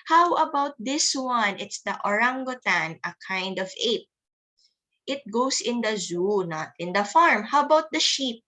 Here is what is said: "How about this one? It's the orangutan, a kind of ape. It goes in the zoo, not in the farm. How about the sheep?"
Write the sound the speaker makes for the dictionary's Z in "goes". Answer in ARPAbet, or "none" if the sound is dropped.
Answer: S